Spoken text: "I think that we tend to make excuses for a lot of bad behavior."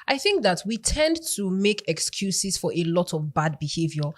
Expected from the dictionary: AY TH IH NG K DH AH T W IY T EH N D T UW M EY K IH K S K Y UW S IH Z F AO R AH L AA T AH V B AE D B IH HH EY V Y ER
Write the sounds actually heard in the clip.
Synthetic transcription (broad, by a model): AY TH IH NG K DH AH T W IY T EH N D T UW M EY K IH K S K Y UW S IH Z F AO R AH L AA T AH V B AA D B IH HH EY V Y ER